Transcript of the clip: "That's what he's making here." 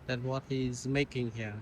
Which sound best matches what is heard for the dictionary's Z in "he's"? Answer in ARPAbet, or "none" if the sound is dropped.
Z